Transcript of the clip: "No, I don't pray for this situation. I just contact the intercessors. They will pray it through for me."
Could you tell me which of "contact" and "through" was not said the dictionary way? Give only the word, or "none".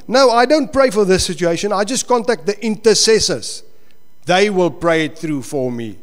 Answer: none